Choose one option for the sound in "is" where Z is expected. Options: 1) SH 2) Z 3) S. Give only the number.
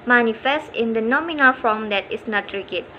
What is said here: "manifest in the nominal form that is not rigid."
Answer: 3